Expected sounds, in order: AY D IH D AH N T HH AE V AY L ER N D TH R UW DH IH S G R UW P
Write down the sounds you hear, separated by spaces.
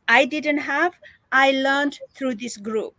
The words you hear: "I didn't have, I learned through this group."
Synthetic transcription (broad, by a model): AY D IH D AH N T HH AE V AY L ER N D T R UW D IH S G R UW P